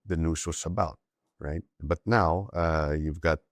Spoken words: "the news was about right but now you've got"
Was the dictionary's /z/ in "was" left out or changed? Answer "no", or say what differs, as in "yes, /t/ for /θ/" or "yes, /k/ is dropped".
yes, /s/ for /z/